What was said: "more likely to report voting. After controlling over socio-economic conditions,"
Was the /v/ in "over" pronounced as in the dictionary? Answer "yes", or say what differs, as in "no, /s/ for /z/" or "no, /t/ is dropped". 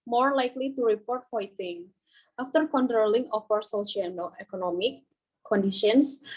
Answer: no, /f/ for /v/